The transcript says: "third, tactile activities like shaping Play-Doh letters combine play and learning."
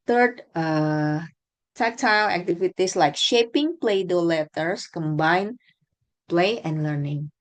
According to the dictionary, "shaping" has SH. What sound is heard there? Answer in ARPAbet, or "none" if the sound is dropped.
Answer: SH